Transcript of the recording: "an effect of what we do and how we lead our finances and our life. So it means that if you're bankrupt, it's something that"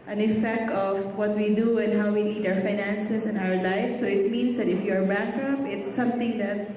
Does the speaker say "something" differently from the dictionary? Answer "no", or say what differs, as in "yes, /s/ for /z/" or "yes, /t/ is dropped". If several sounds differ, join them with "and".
yes, /t/ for /θ/